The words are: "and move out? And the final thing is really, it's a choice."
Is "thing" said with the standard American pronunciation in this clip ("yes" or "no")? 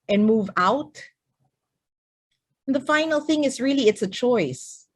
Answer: yes